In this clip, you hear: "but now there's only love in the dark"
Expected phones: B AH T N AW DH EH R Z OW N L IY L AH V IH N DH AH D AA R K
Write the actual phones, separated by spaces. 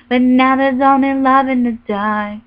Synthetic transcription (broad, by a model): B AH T N AW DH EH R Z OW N IY L AH V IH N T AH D AA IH